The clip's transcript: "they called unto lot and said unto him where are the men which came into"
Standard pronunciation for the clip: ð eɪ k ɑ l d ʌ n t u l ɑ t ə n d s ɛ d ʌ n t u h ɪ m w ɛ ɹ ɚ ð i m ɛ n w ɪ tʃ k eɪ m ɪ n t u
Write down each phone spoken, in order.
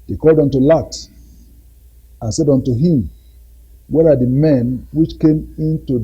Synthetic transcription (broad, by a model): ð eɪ k ɑ l d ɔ n t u l ɑ t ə n s ɛ d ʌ n t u h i m w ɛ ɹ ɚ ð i m ɛ n w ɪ tʃ k eɪ m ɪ n t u